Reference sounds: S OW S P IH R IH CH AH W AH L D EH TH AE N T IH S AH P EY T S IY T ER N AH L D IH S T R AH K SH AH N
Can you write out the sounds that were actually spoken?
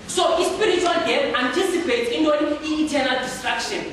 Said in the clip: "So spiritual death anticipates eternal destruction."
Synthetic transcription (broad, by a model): S OW S P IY R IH CH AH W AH L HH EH T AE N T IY S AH P EY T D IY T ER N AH L D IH S T R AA K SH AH N